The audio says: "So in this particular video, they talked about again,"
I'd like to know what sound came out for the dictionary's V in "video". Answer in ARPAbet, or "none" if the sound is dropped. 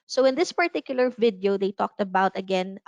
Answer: V